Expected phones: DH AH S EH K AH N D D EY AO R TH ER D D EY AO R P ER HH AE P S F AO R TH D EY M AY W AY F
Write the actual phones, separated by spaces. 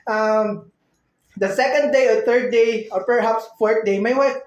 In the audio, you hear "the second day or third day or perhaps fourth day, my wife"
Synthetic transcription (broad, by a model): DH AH S EH K AH N D D EY AO R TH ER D D EY AO R P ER HH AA P S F AO R T D EY M AY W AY